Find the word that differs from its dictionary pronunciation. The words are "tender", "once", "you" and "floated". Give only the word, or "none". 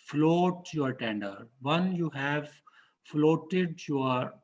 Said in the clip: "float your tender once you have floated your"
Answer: once